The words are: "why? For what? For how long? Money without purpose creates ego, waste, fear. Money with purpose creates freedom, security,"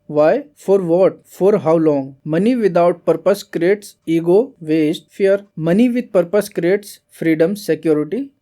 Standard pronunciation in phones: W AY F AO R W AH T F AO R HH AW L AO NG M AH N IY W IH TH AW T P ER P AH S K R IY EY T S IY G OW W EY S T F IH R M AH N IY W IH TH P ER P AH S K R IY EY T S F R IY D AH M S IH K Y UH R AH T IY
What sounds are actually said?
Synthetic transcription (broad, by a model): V AY F AO R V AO T F AO R HH AW L AO NG M AH N IY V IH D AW T P ER P AH S K R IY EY T S IY G OW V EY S T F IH R M AH N IY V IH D P ER P AH S K R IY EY T S F R IY D AH M S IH K Y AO R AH T IY